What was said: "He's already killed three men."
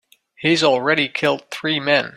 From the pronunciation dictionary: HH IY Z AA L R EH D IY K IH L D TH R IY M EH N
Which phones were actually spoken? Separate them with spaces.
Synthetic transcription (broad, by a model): HH IY Z L R EH D IY K IH L D TH R IY M EH N